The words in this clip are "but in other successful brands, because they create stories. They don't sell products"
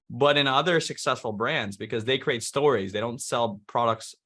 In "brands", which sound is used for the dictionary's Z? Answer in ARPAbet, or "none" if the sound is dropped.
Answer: Z